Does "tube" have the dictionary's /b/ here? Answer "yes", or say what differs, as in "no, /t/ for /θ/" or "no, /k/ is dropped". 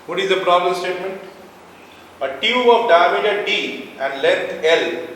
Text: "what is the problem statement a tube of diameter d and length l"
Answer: no, /b/ is dropped